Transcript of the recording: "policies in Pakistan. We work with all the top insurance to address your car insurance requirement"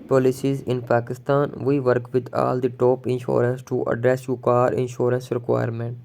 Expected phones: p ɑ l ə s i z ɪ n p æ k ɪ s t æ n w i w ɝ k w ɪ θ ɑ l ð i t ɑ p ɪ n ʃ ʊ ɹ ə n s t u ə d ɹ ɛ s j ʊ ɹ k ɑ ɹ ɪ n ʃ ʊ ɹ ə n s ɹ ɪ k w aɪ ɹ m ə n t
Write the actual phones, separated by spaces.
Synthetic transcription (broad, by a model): p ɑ l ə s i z ɪ n p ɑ k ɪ s t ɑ n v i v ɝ k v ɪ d ɑ l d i t ɑ p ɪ n ʃ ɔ ɹ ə n s t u ə d ɹ ɛ s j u k ɑ ɹ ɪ n ʃ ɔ ɹ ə n s ɹ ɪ k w aɪ ɹ m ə n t